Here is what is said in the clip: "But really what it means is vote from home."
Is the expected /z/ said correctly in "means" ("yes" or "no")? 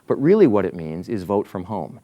yes